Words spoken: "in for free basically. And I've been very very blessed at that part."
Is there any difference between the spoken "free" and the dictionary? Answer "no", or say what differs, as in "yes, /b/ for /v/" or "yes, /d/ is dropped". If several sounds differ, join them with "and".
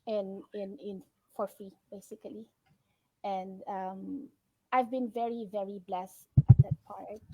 yes, /ɹ/ is dropped